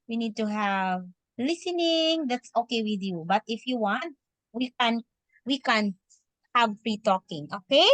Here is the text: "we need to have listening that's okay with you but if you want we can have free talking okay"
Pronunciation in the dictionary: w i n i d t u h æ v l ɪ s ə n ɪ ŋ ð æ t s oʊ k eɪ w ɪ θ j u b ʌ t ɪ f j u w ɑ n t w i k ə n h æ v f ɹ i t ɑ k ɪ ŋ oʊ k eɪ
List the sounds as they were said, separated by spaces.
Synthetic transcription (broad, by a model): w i n i d t u h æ v l ɪ s ə n ɪ ŋ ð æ t s oʊ k eɪ w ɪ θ j u b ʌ t ɪ f j u w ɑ n t w i k ə n h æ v p ɹ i t ɑ k ɪ ŋ oʊ k eɪ